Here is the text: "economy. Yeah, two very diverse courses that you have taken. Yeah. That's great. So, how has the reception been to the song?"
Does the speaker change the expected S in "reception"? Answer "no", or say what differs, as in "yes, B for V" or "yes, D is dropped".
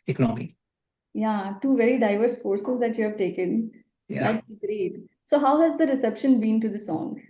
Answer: no